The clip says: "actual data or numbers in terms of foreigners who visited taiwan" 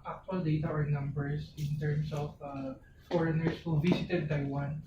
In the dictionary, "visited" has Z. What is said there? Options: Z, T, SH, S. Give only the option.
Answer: S